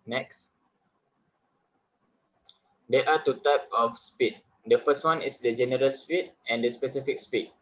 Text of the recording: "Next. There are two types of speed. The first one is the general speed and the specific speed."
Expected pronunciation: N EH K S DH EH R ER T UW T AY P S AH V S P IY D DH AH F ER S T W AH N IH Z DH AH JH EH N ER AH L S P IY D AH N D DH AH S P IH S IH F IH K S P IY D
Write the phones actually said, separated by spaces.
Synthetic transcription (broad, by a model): N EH K S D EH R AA T UW T AY P AH F S P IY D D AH F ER S T W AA N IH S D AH JH EH N ER AH L S P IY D AH N D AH S P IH S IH F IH K S P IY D